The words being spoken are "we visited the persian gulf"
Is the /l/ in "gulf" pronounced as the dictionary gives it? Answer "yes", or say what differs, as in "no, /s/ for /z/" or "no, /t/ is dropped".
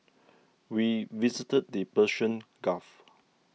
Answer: no, /l/ is dropped